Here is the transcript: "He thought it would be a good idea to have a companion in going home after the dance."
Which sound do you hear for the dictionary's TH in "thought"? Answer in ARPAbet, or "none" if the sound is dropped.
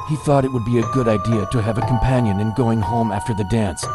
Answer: TH